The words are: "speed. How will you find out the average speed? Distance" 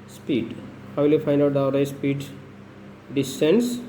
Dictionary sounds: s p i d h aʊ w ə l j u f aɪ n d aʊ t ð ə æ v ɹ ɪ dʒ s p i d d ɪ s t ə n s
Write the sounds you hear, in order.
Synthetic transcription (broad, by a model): s p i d h aʊ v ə l j u f aɪ n d aʊ t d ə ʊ ɹ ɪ s p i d d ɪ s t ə n s